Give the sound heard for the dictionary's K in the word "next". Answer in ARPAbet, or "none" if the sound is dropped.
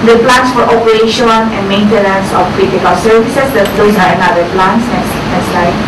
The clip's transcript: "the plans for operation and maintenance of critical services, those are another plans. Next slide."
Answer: none